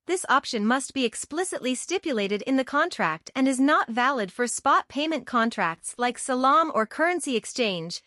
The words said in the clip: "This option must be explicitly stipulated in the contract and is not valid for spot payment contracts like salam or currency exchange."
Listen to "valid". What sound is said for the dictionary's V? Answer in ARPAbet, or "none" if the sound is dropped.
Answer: V